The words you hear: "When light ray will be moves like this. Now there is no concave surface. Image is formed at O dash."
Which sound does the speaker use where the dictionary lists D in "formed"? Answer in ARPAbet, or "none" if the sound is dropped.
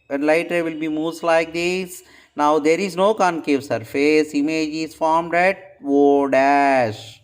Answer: D